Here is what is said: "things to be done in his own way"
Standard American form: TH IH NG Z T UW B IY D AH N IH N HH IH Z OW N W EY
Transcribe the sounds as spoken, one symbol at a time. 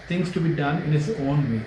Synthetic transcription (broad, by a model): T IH NG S T UW B IY D AH N IH N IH S OW N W EY